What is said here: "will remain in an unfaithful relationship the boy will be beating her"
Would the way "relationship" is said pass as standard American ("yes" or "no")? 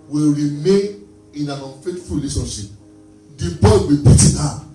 no